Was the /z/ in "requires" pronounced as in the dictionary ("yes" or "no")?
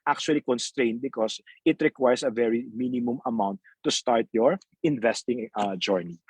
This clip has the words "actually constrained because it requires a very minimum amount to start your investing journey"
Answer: no